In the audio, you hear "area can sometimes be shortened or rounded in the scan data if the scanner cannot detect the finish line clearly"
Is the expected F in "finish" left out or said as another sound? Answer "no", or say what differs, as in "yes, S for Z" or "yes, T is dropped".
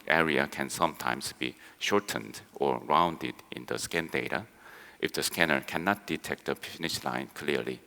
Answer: yes, P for F